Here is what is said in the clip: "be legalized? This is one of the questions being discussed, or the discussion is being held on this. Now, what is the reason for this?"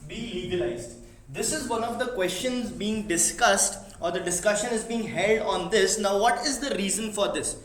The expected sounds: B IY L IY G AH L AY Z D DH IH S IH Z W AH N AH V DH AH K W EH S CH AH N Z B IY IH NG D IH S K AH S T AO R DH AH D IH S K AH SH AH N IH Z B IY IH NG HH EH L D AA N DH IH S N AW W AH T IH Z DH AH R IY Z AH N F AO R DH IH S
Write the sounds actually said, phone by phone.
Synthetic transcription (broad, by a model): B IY L IY G AH L AY Z D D IH S IH Z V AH N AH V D AH K W EH S CH AH N Z B IY IH NG D IH S K AH S T AO R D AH D IH S K AH SH AH N IH Z B IY IH NG HH EH L D AA N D IH S N AW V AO T IH Z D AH R IY Z AH N F AO R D IH S